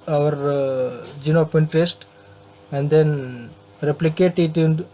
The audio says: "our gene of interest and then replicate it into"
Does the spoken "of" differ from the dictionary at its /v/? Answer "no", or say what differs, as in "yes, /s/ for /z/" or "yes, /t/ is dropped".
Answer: yes, /p/ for /v/